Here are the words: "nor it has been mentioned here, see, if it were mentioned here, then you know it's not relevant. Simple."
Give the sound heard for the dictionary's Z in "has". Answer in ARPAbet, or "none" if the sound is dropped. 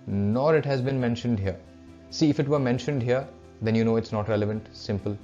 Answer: Z